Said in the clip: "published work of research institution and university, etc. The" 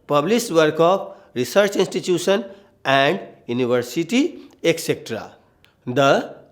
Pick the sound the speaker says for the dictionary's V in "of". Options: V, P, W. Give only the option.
P